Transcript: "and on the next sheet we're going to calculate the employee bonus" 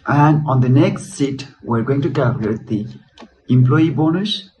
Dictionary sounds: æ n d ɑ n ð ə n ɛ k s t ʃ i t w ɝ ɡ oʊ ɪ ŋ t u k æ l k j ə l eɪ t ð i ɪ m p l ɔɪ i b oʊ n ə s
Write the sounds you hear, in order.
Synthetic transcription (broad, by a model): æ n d ɑ n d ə n ɛ k s t s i t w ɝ ɡ oʊ ɪ ŋ t u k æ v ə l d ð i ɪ m p l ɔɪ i b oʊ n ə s